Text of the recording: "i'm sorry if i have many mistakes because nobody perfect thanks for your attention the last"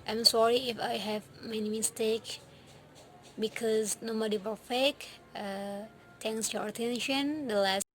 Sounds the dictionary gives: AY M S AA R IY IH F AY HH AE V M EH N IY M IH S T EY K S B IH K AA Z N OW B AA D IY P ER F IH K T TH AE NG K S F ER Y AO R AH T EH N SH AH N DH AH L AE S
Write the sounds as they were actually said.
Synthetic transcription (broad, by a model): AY M S AA R IY IH F AY HH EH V M EH N IY M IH S T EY K B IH K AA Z N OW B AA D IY F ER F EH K T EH NG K S Y AO R AH T EH N SH AH N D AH L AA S